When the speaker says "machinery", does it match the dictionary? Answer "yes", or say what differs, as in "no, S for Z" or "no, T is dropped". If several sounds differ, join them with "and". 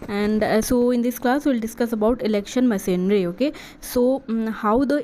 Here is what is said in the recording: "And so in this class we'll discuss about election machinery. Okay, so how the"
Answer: no, S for SH